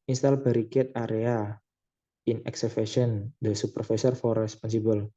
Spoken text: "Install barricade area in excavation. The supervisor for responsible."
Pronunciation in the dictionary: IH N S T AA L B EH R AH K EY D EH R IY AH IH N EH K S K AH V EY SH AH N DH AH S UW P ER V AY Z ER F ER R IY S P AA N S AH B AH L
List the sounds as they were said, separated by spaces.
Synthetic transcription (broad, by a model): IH N S T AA L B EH R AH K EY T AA R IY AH IH N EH K S AH F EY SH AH N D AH S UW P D F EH S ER F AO R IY S P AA N S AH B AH L